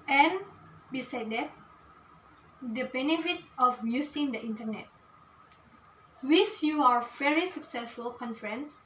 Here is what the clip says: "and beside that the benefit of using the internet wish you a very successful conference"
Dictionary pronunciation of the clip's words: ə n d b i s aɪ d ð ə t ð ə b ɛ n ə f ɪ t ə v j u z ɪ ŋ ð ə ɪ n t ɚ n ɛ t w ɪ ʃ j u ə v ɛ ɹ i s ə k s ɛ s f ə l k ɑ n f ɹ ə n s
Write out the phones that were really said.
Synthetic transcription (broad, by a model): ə n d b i s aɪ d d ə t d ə b ɛ n ə f ɪ t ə f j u s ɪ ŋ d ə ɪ n t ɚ n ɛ t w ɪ s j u ə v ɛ ɹ i s ə k s ɛ s f ə l k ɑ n f ɹ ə n s